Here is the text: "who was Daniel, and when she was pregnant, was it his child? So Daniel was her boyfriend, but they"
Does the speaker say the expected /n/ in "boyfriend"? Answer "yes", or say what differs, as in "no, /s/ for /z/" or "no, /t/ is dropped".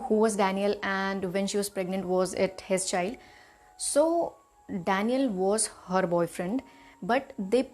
yes